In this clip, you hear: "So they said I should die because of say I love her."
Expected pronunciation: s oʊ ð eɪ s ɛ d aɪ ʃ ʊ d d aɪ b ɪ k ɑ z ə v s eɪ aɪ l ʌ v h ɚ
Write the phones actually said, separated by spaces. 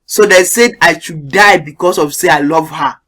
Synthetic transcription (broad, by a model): s oʊ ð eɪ s ɛ d aɪ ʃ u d d aɪ b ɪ k ɑ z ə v s eɪ aɪ l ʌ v h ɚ